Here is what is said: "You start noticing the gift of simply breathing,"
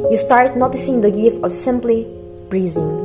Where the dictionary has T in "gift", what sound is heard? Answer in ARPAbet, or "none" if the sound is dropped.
none